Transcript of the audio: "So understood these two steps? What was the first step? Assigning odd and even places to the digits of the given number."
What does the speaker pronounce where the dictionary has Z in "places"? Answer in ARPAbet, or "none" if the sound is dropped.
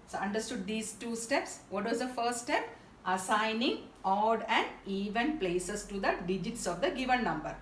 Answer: S